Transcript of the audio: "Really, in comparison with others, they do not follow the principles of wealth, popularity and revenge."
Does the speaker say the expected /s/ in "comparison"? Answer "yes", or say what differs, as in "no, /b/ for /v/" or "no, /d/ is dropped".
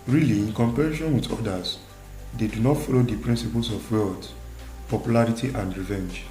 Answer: no, /ʃ/ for /s/